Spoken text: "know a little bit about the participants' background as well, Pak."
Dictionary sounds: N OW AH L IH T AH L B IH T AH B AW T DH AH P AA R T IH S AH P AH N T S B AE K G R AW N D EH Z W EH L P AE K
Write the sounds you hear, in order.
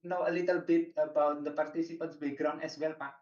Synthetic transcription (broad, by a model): N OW AH L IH T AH L B IH T AH B AW T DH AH P AA R T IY S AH P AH N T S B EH G R AW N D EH S W EH L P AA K